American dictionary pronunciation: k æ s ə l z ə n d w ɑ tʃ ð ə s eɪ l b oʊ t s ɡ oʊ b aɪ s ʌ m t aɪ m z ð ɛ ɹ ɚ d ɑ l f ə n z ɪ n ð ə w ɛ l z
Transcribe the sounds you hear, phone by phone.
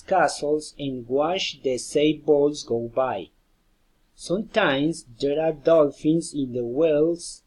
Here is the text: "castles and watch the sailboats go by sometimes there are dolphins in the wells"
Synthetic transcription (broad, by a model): k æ s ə l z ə n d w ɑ ʃ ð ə s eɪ b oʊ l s ɡ oʊ b aɪ s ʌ m t aɪ m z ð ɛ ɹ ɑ d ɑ l f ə n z ɪ n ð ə w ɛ l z